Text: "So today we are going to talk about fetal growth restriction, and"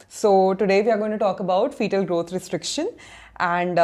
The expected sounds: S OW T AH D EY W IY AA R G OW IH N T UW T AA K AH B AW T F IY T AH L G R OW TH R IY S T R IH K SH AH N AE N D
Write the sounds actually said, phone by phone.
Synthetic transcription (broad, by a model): S OW T AH D EY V IY AA R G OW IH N T UW T AA K AH B AW T F IY T AH L G R OW T R IY S T R IH K SH AH N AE N D